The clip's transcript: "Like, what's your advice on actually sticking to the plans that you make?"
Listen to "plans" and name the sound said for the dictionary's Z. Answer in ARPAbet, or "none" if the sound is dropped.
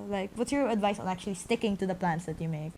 S